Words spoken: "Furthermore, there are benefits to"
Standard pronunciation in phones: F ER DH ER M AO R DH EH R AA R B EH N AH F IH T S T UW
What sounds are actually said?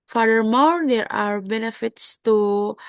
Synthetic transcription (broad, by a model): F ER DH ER M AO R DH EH R AA R B EH N AH F IH T S T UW